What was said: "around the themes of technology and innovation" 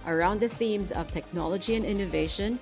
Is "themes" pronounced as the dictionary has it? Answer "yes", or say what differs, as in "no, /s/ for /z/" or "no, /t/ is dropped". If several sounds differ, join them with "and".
yes